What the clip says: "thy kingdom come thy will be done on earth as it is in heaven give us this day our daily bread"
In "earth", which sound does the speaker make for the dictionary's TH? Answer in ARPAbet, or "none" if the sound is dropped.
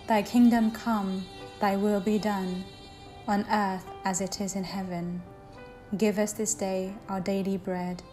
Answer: TH